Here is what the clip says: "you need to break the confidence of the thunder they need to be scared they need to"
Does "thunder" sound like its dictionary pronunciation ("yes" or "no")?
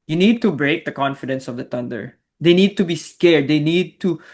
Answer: no